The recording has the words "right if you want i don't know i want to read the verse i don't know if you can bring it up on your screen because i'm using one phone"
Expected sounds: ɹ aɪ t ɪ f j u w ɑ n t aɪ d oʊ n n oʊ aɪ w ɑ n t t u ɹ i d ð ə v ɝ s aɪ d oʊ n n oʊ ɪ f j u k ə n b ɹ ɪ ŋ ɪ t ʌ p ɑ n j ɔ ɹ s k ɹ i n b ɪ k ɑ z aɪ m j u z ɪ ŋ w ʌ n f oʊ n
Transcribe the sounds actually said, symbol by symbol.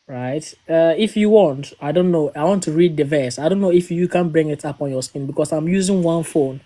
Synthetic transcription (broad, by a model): ɹ aɪ t ɪ f j u w ɑ n t aɪ d oʊ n n oʊ aɪ w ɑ n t t u ɹ i d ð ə v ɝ s aɪ d oʊ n n oʊ ɪ f j u k ə n b ɹ ɪ ŋ ɪ t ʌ p ɑ n j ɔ s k i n b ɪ k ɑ s aɪ m j u z ɪ ŋ w ʌ n f oʊ n